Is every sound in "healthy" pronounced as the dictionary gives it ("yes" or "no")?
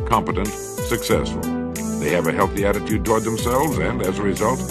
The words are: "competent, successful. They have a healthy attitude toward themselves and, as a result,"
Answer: yes